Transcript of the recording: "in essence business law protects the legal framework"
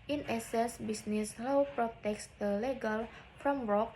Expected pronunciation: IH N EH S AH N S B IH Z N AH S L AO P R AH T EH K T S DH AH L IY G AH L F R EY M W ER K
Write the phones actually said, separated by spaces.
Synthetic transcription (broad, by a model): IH N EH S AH S B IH S N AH S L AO P R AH T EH K S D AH L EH G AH L F R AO M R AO K